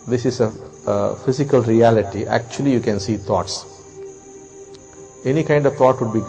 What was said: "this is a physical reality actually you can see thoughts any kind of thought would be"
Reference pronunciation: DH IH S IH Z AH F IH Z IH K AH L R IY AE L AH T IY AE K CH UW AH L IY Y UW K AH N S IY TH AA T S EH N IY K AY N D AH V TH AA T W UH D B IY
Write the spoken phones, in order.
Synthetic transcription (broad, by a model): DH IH S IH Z AH F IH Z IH K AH L R IY AE L AH T IY AE K CH UW AH L IY Y UW K AH N S IY T AA T S EH N IY K AY N D AH V T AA T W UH D B IY